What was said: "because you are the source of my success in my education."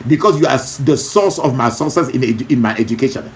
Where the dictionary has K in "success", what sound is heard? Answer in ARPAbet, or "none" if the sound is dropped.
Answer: none